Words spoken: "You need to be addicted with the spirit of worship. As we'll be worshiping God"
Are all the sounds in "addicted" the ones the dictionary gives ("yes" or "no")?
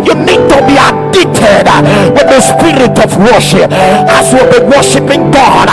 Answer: no